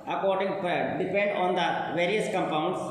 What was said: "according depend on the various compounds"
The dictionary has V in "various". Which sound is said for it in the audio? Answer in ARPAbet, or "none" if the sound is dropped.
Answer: V